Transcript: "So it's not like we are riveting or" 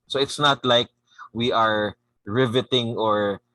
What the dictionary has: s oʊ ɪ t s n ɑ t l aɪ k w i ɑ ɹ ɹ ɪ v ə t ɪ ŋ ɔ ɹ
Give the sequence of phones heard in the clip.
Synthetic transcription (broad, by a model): s oʊ ɪ t s n ɑ t l aɪ k w i ɑ ɹ ɹ ɪ v ə t ɪ ŋ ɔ ɹ